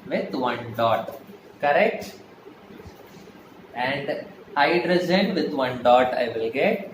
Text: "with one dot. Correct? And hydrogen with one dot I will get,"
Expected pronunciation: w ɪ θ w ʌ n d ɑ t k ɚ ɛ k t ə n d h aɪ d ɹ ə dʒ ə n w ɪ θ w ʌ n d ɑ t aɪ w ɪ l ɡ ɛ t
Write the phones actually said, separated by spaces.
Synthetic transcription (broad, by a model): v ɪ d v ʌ n d ɑ t k ɚ ɛ k t ə n d aɪ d ɹ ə z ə n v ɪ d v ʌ n d ɑ t aɪ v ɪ l ɡ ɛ t